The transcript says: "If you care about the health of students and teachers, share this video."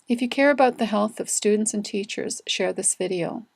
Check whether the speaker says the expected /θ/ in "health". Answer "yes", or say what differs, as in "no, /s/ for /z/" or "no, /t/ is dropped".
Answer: yes